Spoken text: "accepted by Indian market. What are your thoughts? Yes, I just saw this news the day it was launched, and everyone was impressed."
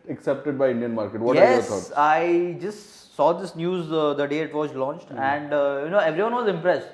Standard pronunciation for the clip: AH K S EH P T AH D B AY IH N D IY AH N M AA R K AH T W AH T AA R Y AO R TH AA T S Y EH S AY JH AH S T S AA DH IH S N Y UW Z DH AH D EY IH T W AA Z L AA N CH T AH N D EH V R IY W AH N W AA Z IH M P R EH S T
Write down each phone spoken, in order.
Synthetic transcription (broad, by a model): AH K S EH P T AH D B AY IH N D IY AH N M AA R K AH T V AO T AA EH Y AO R T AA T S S AY JH AH S T S AA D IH S N Y UW Z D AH D EY IH T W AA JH L AA N CH T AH N D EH V R IY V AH N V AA Z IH M P R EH S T